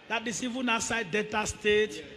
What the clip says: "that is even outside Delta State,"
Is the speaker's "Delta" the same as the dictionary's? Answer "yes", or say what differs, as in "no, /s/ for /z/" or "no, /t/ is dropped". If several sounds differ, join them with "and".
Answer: no, /l/ is dropped